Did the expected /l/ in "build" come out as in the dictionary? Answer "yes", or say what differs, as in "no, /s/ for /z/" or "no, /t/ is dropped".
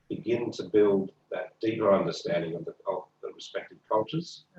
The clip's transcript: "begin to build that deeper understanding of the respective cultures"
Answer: yes